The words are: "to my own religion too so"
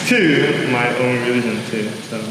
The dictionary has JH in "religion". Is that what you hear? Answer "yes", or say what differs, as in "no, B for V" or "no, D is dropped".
no, SH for JH